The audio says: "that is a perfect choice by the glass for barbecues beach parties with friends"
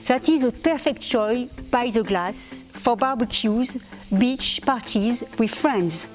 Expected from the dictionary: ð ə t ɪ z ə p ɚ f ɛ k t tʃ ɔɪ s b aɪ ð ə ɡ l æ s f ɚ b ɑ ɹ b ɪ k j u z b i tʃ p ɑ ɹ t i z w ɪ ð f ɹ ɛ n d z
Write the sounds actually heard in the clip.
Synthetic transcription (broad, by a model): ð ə t ɪ z ə p ɚ f ɛ k t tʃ ɔɪ b aɪ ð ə ɡ l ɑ s f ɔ b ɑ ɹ b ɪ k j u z b i tʃ p ɑ ɹ t i z w ɪ ð f ɹ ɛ n d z